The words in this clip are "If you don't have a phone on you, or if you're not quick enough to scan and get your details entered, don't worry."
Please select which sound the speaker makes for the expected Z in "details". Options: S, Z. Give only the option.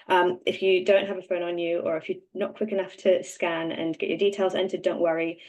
Z